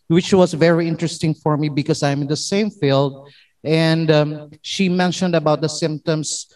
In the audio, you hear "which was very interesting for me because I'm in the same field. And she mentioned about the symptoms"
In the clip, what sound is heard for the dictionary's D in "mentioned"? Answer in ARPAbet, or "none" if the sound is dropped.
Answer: D